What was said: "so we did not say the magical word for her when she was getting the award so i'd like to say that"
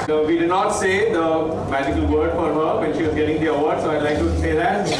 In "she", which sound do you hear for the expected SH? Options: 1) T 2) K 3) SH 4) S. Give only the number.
3